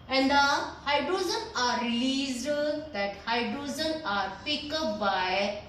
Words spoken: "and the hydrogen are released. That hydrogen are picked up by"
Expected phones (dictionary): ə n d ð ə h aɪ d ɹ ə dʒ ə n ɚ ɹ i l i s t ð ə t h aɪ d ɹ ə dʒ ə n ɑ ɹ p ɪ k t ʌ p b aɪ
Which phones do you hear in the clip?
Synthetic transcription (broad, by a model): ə n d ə h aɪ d ɹ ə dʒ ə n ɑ ɹ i l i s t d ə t h aɪ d ɹ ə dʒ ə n ɑ ɹ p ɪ k ʌ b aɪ